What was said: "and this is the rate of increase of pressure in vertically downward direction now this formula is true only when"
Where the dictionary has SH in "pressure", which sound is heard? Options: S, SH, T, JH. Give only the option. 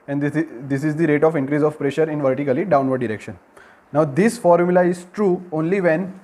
SH